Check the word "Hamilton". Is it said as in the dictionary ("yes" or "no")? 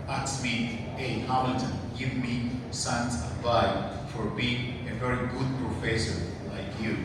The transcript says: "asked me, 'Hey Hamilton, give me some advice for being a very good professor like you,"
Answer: no